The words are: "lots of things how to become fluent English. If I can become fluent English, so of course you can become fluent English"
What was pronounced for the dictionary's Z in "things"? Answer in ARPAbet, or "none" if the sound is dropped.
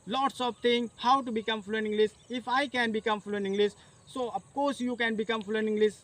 none